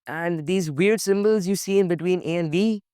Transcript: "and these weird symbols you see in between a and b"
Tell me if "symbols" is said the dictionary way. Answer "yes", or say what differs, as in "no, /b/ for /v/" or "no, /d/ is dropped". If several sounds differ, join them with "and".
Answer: yes